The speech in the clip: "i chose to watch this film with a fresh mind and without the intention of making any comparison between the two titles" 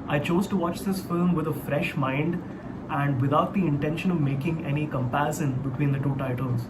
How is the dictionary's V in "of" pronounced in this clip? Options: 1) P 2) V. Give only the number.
2